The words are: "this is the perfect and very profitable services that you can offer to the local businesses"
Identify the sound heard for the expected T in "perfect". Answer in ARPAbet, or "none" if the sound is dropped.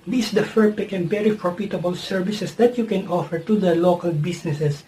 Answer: none